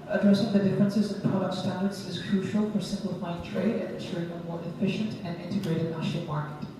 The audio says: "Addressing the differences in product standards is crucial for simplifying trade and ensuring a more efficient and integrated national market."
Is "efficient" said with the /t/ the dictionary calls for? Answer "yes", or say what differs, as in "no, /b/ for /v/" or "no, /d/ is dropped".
yes